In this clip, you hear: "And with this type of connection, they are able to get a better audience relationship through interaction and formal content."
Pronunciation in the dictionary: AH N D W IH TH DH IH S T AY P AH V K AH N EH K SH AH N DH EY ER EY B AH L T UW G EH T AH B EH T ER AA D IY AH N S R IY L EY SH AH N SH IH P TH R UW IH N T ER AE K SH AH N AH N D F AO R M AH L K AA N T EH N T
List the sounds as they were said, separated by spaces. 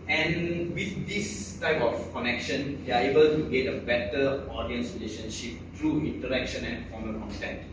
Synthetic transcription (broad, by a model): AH N W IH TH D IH S T AY P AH F K AH N EH K SH AH N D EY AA EY B AH L T UW G EH T AH B EH T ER AA D IY AH N S R IY L EY SH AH N SH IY P T R UW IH N T ER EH K SH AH N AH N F AO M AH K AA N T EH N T